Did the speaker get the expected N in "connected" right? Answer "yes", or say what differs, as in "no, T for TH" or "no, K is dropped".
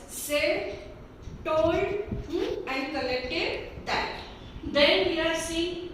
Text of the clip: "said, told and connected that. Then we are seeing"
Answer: no, L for N